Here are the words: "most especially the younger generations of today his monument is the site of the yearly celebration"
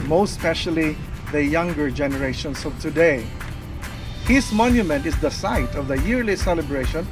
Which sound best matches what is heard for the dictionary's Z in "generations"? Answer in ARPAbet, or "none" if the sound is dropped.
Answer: S